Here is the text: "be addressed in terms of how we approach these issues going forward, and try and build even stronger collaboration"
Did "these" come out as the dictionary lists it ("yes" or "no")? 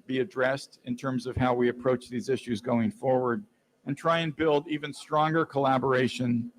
yes